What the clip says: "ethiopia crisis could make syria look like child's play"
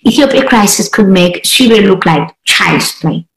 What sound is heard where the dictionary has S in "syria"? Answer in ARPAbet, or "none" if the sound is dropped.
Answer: SH